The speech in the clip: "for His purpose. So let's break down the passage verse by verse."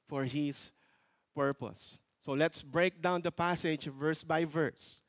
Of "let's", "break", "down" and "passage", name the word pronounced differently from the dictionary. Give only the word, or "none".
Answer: none